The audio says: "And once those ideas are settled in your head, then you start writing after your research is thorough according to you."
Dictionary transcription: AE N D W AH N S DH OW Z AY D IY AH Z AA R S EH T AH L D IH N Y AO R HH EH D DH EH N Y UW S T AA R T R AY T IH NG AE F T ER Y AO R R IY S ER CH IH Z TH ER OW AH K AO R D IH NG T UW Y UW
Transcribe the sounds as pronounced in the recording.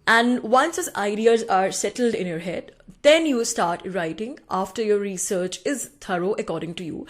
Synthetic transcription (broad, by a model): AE N D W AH N S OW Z AY D IY AH Z AA R S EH T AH L D IH N Y AO R HH EH D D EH N Y UW S T AA R T R AY T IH NG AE F T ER Y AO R R IY S ER CH IH Z T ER OW AH K AO R D IH NG T UW Y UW